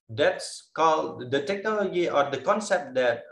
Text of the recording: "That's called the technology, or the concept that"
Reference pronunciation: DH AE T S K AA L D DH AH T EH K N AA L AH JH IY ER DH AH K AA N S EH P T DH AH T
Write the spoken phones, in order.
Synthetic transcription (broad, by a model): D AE T S K AA L D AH T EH K N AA L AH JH IY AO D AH K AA N S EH P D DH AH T